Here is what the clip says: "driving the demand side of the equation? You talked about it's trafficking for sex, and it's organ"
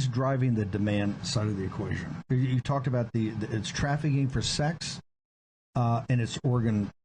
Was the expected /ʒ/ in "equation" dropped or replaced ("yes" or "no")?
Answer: no